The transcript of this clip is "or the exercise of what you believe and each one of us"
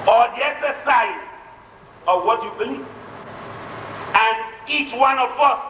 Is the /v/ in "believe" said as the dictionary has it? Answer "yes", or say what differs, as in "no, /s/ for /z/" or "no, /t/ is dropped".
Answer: no, /v/ is dropped